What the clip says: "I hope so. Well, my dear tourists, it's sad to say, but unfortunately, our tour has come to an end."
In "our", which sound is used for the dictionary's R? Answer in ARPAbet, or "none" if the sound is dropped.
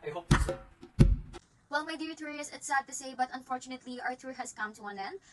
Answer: R